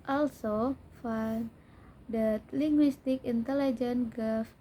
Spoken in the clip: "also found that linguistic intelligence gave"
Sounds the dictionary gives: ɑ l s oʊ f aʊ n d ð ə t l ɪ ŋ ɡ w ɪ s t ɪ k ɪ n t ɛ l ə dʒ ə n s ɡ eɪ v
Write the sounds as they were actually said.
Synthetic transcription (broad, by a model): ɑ l s oʊ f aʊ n d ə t l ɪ ŋ ɡ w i s t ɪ k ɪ n t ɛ l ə dʒ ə n ɡ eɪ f